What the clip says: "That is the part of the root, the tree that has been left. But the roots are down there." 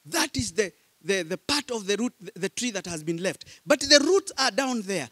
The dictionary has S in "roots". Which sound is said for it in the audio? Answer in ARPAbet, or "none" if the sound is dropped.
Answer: S